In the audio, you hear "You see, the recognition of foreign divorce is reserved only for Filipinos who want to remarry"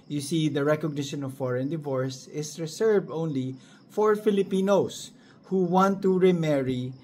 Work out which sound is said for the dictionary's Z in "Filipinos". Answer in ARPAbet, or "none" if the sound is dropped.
S